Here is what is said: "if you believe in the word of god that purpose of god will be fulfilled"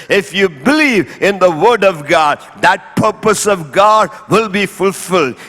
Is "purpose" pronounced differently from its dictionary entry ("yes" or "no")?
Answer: no